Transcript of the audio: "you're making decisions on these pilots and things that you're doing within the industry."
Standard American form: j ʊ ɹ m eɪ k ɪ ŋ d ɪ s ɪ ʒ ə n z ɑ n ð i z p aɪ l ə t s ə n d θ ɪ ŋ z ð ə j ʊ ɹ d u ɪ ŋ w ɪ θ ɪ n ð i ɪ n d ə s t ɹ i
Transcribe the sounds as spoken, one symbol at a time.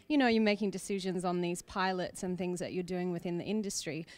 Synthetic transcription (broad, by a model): j ʊ ɹ m eɪ k ɪ ŋ d ɪ s ɪ ʒ ə n z n ð i z p aɪ l ə t s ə n θ ɪ ŋ z ð ə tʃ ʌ ɹ d u ɪ ŋ w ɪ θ ɪ n ð i ɪ n d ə s t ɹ i